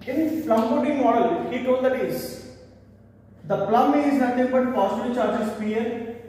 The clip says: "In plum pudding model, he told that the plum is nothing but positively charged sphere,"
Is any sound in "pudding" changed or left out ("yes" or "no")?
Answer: yes